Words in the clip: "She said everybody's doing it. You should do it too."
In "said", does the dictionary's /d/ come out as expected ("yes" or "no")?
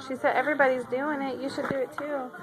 yes